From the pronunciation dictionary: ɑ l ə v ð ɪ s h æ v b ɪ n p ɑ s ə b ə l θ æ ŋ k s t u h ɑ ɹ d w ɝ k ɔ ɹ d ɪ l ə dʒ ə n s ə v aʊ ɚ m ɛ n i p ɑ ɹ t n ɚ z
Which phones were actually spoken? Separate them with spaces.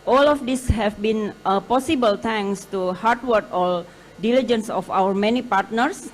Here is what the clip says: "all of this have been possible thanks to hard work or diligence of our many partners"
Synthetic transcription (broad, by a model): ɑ l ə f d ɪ s h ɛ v b ɪ n p ɑ s ə b ə l t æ ŋ s t u h ɑ ɹ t w ɝ k ɔ l d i l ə dʒ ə n s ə f aʊ ɚ m ɛ n i p ɑ ɹ t n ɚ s